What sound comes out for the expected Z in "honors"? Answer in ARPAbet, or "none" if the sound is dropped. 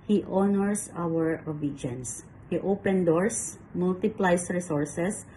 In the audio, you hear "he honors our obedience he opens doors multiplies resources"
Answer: S